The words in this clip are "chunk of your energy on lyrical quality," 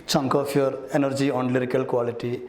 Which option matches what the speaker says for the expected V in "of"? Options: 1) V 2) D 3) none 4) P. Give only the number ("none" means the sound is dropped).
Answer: 4